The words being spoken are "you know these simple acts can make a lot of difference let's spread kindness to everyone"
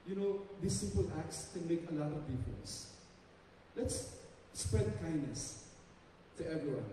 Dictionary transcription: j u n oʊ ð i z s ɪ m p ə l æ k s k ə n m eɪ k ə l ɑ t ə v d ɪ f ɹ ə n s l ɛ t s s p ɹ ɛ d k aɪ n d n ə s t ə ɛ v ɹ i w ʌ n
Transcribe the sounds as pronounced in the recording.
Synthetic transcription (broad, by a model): j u n oʊ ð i s ɪ m p ə l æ k s k ə n m eɪ k ə l ɑ t ə v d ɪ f ə s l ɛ t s s p ɹ ɛ d k aɪ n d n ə s t ə ɛ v ɹ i w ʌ n